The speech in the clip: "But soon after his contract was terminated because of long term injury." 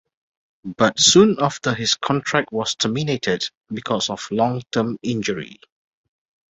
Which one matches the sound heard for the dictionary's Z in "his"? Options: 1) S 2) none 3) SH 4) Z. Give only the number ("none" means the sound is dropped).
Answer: 1